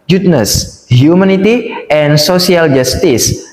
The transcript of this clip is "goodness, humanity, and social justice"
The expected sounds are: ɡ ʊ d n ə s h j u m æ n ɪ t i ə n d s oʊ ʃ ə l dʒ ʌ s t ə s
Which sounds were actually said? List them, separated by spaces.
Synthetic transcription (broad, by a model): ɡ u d n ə s h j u m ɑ n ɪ t i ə n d s oʊ s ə l dʒ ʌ s t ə s